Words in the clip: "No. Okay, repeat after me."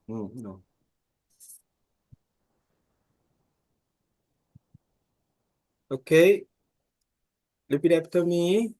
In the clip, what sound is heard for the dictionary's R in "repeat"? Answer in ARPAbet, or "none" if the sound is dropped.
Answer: L